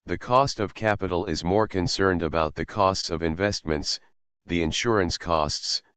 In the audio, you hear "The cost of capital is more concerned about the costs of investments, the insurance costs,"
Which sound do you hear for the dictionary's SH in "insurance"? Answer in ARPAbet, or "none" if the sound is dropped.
SH